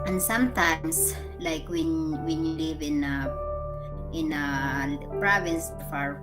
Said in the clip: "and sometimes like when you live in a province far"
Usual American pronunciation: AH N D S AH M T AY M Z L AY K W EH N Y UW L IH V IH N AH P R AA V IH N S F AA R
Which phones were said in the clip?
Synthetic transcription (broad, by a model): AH N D S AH M T AY M S L AY K W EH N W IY L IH V IH N AH P R AA V IH N S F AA R